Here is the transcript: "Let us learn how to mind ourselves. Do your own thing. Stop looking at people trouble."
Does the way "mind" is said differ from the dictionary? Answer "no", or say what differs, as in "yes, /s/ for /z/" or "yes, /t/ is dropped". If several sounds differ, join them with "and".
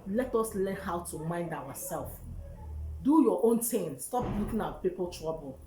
no